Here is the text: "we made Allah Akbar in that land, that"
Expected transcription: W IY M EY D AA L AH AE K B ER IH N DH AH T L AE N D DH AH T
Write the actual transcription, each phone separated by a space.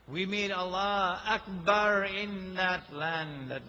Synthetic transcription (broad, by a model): W IY M EY D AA L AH AE K B ER IH N DH AH T L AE N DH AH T